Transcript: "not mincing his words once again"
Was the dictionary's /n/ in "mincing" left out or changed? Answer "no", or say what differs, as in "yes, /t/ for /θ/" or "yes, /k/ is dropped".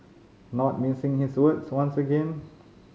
yes, /n/ is dropped